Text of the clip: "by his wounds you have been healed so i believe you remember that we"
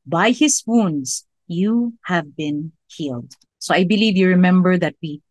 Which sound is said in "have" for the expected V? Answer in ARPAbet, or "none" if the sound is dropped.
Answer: V